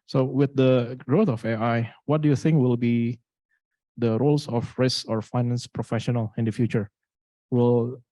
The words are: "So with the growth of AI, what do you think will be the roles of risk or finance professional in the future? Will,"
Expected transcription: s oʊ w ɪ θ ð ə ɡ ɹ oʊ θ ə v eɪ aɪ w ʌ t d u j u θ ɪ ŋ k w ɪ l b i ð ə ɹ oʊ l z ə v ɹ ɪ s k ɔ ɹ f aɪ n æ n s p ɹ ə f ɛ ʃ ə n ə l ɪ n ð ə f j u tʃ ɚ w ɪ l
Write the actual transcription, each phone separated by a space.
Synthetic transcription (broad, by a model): s oʊ w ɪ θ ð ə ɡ ɹ oʊ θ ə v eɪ aɪ w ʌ t d u j u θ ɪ ŋ k w ɪ l b i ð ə ɹ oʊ l s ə f ɹ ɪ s ɔ ɹ f aɪ n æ n s p ɹ ə f ɛ ʃ ə n ə l ɪ n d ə f j u tʃ ɚ w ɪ l